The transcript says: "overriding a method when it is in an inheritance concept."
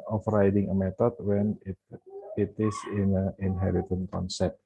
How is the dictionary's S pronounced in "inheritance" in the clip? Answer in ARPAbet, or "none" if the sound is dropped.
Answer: none